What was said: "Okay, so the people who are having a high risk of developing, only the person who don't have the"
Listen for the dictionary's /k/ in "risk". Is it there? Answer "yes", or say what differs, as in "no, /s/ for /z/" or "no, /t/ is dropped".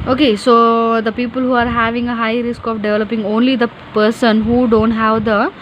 yes